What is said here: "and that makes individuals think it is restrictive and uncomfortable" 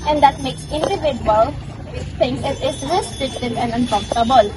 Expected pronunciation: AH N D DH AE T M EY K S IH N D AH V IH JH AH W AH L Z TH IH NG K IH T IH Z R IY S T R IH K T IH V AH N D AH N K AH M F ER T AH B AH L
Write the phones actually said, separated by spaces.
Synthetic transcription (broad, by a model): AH N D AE T M EY K S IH N D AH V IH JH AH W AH L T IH NG IH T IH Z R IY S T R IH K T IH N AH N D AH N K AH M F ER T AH B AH L